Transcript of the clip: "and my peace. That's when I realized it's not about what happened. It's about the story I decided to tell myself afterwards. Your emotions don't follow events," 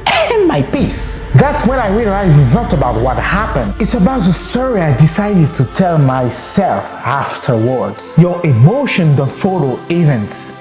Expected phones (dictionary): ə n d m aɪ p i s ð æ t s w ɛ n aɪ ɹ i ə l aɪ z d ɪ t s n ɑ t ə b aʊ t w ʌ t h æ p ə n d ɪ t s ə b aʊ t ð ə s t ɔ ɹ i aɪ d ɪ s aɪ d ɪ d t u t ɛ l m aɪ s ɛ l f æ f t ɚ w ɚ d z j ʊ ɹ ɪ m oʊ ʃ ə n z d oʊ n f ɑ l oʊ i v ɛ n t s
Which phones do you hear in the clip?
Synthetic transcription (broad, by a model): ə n m aɪ p i s ð æ t s w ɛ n aɪ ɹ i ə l aɪ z ɪ t s n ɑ t ə b aʊ t w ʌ t h æ p ə n d ɪ t s ə b aʊ t ð ə s t ɔ ɹ i aɪ d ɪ s aɪ d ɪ d t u t ɛ l m aɪ s ɛ l f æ f t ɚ w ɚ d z j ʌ ɹ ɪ m oʊ ʃ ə n d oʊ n f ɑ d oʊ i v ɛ n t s